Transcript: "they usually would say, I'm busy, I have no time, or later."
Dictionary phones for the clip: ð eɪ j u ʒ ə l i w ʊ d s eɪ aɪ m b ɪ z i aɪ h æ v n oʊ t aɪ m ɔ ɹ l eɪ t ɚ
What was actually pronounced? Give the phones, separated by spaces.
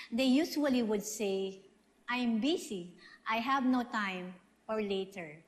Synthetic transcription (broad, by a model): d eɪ j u s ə l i w ʊ d s eɪ aɪ m b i s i aɪ h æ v n oʊ t aɪ m ɔ ɹ l eɪ t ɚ